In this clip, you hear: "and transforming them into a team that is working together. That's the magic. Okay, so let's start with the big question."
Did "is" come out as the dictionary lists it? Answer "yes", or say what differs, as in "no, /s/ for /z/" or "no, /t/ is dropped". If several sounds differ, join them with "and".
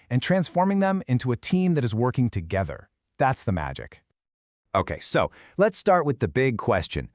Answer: yes